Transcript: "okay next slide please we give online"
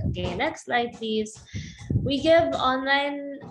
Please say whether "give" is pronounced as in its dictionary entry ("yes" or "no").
yes